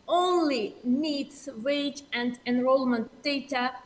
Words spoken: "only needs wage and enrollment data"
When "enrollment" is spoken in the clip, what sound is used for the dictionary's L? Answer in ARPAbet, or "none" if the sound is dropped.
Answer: L